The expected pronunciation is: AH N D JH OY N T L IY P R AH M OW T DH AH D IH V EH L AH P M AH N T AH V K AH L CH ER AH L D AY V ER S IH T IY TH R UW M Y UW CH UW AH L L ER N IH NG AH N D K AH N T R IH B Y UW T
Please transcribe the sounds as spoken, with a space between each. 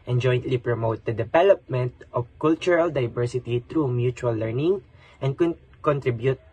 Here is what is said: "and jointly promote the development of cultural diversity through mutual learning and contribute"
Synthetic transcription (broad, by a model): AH N JH OY N T L IY P R AH M OW T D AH D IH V EH L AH P M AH N T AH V K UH L CH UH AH L D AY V ER S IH T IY T R UW M Y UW CH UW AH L L ER N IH NG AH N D K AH N T R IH B Y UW T